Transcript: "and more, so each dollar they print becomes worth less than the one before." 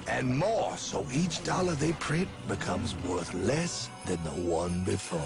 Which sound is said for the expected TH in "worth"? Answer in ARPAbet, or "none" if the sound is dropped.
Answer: TH